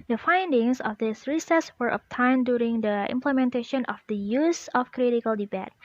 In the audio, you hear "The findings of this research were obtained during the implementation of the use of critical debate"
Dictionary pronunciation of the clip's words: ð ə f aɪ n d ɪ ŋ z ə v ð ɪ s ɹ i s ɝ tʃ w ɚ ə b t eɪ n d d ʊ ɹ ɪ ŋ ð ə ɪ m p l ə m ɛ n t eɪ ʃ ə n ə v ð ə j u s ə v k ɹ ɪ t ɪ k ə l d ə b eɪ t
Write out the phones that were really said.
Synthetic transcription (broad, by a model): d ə f aɪ n d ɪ ŋ s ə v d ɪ s ɹ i s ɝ s w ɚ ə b t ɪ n d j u ɹ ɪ ŋ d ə ɪ m p l ə m ɛ n t eɪ ʃ ə n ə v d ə j u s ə f k ɹ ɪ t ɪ k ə l d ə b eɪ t